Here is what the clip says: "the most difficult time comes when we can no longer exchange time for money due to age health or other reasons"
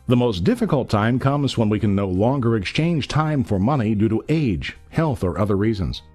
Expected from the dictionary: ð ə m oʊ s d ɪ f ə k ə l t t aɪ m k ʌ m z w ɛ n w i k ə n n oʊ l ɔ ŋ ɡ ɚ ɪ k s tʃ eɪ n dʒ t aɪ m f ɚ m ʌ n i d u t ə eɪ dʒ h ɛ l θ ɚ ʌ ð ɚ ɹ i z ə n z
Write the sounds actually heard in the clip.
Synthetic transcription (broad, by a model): ð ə m oʊ s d ɪ f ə k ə l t t aɪ m k ʌ m z w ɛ n w i k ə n n oʊ l ɔ ŋ ɡ ɚ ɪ k s tʃ eɪ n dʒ t aɪ m f ɚ m ʌ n i d u t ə eɪ dʒ h ɛ l θ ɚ ʌ ð ɚ ɹ i z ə n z